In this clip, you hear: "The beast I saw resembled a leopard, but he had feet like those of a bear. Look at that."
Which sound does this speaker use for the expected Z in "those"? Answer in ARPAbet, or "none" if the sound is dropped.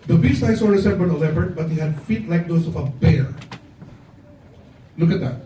S